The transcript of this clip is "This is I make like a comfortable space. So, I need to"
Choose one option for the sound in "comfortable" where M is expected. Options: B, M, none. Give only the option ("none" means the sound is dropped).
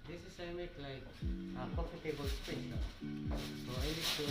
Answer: none